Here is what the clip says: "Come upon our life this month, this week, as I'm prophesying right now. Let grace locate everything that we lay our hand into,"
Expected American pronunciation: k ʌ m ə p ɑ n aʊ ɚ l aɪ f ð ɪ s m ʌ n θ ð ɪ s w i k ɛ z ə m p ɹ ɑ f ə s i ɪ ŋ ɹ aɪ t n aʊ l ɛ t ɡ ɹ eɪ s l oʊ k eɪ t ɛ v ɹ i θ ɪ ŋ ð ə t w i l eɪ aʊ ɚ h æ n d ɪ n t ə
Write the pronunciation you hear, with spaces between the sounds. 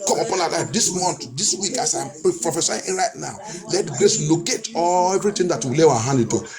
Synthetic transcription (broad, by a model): k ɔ m ə p ɑ n aʊ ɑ l aɪ f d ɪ s m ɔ n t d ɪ s w i k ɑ s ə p p ɹ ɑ f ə s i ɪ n ɹ aɪ t n aʊ l ɛ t ɡ ɹ eɪ s l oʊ k eɪ t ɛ v ɹ i t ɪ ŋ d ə t w i l eɪ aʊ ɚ h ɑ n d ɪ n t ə